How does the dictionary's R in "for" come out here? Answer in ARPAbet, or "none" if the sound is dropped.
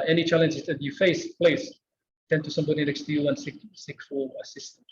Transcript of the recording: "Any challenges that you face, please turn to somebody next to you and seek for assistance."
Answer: L